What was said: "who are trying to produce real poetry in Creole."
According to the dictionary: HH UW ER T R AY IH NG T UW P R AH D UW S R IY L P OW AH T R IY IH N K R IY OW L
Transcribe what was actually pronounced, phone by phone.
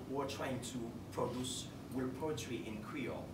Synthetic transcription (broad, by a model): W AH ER T R AY IH NG T UW P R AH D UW S W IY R P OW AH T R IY IH N K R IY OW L